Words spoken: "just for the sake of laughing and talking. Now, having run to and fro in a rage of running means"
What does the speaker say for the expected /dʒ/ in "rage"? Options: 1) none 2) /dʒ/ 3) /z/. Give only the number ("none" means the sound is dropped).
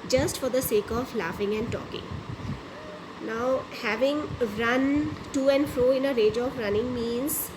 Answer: 2